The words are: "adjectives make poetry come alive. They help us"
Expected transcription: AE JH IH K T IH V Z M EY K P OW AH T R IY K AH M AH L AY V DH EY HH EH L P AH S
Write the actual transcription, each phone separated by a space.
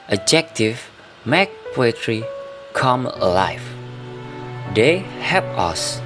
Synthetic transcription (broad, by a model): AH JH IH K T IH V M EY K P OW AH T R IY K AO M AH L AY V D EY HH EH P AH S